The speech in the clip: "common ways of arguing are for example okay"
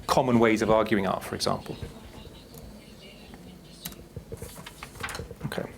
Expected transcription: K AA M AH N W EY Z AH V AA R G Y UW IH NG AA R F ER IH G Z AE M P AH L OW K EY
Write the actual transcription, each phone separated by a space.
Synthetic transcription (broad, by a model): K AA M AH N W EY Z AH V AA G Y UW IH NG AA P F ER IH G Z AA M P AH L OW K EY